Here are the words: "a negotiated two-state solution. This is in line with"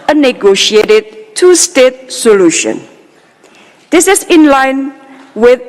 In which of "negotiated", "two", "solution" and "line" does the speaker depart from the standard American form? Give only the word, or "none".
none